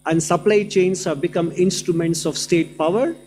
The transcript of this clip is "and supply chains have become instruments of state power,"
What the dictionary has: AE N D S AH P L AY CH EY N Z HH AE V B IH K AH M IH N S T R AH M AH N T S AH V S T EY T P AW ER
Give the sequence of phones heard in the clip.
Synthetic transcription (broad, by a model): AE N D S AH P L AY CH EY N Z HH AE V B IH K AH M IH N S T R AH M AH N T S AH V S T EY T P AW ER